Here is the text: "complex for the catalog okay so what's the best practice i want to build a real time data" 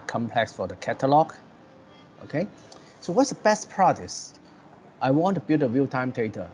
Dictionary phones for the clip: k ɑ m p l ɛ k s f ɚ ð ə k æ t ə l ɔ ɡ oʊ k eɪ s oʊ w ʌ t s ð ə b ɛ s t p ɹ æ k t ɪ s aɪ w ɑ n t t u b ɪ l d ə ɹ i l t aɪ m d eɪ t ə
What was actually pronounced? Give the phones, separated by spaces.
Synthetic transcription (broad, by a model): k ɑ m p l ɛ k s f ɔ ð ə k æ t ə l ɔ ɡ oʊ k eɪ s oʊ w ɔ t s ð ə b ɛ s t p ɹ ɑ t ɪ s aɪ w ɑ n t t u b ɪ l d ə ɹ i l t aɪ m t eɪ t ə